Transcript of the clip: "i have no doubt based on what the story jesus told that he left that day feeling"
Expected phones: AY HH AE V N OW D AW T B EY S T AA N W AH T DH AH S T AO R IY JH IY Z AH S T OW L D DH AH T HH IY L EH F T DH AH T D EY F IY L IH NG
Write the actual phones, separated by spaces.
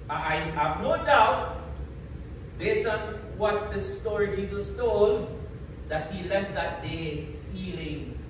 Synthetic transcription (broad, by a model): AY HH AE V N OW D AW T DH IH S AA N W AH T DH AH S T AO R IY JH IY Z AH S T OW L D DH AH T HH IY L EH F T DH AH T D EY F IY L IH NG